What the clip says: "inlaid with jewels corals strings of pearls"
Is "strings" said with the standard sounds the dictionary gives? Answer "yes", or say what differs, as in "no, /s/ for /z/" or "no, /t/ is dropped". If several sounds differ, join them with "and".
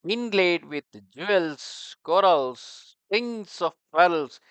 no, /ɹ/ is dropped